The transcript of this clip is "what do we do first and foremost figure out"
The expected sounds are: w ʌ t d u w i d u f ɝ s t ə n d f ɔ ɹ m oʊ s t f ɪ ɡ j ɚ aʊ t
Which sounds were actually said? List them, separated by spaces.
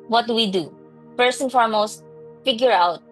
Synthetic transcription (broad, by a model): w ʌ t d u w i d u p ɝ s ə n f ɔ ɹ m oʊ s t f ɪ ɡ j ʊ aʊ t